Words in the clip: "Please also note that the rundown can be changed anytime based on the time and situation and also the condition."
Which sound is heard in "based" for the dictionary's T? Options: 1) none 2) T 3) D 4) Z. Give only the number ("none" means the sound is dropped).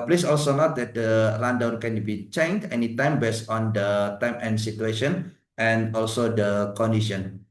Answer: 1